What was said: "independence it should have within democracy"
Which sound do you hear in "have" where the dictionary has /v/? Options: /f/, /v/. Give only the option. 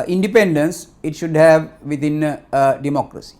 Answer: /v/